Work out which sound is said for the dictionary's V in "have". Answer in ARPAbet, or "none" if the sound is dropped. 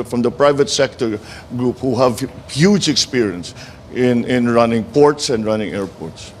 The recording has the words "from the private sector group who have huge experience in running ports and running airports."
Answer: V